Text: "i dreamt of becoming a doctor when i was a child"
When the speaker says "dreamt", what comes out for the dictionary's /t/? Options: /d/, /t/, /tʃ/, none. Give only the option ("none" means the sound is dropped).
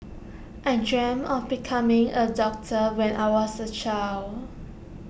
none